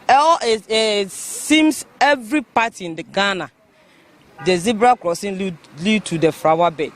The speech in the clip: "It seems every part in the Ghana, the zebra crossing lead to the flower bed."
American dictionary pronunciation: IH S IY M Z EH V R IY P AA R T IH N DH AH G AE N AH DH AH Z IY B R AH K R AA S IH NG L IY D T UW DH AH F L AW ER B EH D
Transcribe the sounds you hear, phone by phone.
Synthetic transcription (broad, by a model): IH S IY M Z EH V R IY P AA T IH N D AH G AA N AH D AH Z IY B R AH K R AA S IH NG L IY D T UW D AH F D AW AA B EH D